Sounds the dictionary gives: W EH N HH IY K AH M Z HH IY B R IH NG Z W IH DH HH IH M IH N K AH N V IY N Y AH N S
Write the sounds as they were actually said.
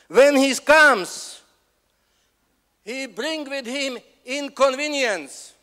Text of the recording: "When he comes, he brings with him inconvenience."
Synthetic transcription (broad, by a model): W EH N HH IY K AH M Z HH IY B R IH NG W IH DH HH IH M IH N K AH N V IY N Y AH N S